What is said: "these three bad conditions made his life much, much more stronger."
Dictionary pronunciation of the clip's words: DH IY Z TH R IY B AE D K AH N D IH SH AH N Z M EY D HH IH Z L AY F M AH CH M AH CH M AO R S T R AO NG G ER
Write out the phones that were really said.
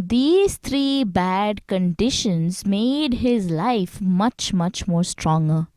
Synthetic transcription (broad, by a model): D IY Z T R IY B AE D K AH N D IH SH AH N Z M EY D HH IH Z L AY F M AH CH M AH CH M AO R S T R AO NG G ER